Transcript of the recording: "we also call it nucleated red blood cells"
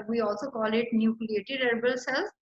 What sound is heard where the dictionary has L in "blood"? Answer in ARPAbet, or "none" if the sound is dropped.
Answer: none